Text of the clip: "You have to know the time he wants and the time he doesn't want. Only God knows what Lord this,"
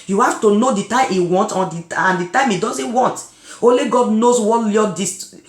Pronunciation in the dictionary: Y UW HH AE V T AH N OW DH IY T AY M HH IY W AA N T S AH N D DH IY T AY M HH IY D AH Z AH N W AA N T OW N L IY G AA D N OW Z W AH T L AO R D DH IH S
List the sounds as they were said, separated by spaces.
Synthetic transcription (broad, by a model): Y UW HH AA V T AH N OW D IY T AY M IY W AA N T AH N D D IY T AY M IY D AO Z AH N W AA N T OW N L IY G AA D N OW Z W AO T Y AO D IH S